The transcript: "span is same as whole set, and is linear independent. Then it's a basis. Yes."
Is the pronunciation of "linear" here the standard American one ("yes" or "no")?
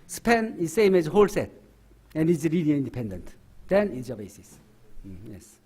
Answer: no